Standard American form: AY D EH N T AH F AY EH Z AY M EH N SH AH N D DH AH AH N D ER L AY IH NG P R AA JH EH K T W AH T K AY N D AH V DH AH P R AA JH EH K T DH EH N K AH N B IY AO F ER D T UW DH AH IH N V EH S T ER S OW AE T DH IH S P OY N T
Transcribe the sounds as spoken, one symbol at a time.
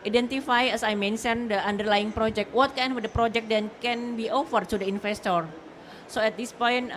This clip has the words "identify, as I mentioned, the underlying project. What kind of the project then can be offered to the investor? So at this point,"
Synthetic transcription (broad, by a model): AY D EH N T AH F AY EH S AY M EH N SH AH N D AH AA N D ER L AY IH NG P R AA JH EH K T W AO T K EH N AH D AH P R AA JH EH K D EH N K AH N B IY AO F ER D T UW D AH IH N F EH S T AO S OW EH T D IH S P OY N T